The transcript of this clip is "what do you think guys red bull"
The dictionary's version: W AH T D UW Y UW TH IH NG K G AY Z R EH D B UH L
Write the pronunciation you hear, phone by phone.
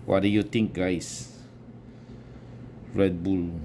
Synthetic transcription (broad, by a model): W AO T D UW Y UW T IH NG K G AY S R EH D B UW L